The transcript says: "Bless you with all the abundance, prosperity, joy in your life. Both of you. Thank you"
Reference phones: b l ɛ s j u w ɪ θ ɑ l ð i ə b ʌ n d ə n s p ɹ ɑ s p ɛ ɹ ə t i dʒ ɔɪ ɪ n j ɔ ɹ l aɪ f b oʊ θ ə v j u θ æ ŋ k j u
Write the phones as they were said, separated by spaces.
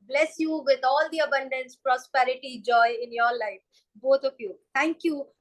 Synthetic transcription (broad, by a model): b l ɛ s j u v ɪ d ɑ l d i ə b ʌ n d ə n s p ɹ ɑ s p ɛ ɹ ə t i dʒ ɔɪ ɪ n j ɔ ɹ l aɪ f b oʊ t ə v j u t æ ŋ k j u